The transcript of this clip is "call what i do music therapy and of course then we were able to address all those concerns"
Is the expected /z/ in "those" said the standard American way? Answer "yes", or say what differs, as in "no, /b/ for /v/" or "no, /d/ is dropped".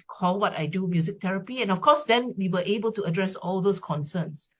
no, /s/ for /z/